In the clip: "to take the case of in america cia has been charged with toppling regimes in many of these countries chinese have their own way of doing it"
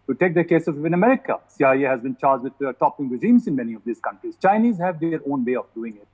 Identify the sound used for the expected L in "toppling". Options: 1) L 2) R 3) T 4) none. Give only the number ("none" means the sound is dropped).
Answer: 4